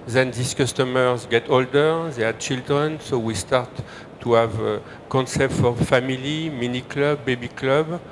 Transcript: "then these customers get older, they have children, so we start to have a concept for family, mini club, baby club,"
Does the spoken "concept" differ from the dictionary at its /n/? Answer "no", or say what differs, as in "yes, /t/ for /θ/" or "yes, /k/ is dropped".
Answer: no